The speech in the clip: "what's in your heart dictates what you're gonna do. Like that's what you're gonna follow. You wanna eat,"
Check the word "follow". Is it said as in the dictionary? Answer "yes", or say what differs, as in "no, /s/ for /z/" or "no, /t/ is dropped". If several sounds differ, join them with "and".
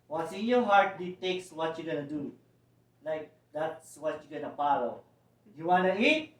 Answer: no, /p/ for /f/